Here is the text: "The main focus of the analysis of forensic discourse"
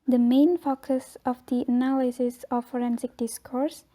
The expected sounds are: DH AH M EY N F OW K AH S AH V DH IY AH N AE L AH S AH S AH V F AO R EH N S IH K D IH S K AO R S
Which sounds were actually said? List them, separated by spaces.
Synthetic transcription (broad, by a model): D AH M EY N F OW K AH S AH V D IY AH N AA L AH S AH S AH F AO R EH N S IH K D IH S K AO R S